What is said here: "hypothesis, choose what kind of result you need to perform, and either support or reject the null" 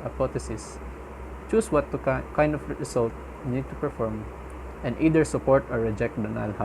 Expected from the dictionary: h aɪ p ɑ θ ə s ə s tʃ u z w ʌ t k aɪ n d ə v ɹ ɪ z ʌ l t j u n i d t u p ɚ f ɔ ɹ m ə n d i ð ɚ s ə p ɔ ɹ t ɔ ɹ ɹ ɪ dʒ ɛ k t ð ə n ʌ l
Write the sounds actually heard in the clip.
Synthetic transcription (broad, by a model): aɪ p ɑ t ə s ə s tʃ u s w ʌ t k aɪ n d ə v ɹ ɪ s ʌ l t n i d t u p ɚ f ɔ ɹ m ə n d i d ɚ s ə p ɔ ɹ t ɔ ɹ ɹ ɪ dʒ ɛ k t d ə n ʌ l